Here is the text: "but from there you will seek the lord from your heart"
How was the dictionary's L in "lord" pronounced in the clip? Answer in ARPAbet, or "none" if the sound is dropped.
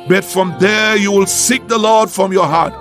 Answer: L